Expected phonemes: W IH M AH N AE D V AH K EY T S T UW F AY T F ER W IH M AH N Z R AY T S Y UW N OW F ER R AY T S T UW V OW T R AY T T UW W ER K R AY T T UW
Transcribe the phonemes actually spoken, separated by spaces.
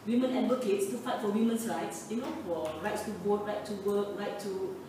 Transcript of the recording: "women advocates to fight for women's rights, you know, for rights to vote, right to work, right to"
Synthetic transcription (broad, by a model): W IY M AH N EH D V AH K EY T S T UW F AY T F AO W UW M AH N S R AY T S Y UW N OW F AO R AY T S T UW B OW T R AY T T UW W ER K R AY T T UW